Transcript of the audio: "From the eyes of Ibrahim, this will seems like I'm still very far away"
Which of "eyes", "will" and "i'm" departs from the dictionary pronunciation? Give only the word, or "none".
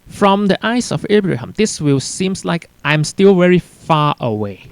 eyes